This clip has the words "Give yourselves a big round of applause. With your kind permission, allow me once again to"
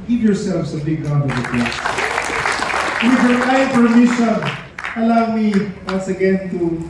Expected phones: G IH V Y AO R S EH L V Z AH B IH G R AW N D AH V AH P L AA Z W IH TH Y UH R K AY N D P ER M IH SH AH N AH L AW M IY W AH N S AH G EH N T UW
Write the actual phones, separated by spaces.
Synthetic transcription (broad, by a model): G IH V Y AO R S EH L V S AH B IH G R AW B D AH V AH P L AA S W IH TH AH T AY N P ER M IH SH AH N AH L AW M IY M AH S AH G EH N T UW